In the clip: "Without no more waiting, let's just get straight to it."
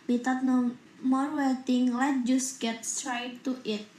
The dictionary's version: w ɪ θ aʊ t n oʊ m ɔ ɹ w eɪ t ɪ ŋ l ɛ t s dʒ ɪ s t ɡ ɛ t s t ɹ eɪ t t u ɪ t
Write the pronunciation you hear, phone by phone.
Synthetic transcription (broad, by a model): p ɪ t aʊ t n oʊ m ɔ ɹ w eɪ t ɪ ŋ l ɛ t dʒ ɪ s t ɡ ɛ t s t ɹ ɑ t t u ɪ t